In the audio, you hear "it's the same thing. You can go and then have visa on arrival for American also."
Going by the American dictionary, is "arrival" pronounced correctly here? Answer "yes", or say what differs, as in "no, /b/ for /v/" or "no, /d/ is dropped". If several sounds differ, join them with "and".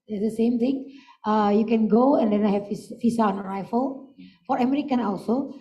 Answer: no, /f/ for /v/